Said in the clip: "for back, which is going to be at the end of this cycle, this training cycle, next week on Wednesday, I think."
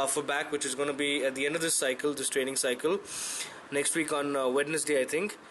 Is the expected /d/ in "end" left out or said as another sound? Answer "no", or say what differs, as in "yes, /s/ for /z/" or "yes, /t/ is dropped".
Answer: no